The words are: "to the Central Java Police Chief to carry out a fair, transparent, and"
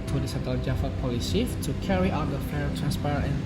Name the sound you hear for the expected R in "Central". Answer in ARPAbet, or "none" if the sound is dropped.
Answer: none